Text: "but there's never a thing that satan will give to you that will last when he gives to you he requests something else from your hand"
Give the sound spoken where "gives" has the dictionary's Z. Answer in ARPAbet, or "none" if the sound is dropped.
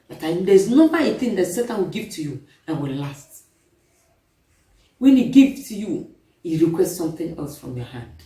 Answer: none